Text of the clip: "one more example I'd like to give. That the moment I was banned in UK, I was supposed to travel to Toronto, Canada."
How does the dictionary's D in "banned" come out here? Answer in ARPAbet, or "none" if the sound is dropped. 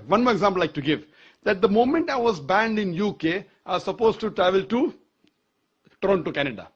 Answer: D